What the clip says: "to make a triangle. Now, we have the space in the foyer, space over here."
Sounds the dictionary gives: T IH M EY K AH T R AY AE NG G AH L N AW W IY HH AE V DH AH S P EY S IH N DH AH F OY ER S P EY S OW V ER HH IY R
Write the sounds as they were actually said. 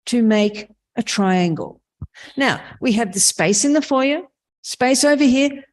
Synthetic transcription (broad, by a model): T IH M EY K AH T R AY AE NG G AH L N AW W IY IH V DH AH S P EY S IH N DH AH F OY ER S P EY S OW V ER HH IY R